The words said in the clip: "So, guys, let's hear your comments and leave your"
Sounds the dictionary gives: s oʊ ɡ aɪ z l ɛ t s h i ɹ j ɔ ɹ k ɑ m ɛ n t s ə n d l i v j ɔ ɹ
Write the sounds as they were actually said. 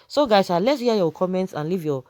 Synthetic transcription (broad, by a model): s oʊ ɡ aɪ s l ɛ t s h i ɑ j ɔ k ɑ m ɛ n t s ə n l i v j ɔ